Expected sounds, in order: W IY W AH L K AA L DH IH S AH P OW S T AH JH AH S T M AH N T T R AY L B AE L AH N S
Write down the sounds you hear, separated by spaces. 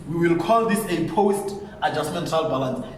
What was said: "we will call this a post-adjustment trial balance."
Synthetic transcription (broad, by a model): W IY W AH L K AA L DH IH S AH P OW S T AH JH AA S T M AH N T T AY L B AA L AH N S